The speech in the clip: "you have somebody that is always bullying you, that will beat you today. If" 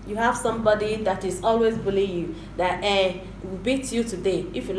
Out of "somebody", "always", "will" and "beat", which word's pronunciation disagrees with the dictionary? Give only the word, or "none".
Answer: will